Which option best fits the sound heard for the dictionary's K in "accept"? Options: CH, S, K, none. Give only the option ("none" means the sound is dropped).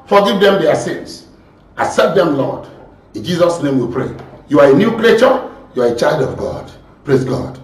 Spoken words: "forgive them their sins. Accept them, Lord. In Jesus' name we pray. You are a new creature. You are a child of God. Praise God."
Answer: none